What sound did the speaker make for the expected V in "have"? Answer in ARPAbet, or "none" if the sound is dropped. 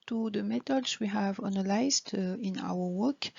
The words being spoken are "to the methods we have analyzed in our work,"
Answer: V